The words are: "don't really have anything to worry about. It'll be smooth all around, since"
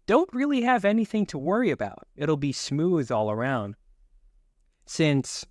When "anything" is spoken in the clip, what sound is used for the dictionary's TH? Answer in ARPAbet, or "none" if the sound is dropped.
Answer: TH